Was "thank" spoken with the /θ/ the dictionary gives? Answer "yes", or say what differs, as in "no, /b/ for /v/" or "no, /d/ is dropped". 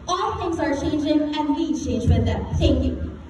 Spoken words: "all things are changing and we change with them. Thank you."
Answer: no, /t/ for /θ/